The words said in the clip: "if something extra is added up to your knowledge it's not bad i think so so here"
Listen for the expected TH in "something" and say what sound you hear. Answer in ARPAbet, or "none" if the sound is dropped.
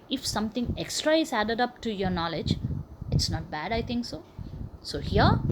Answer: T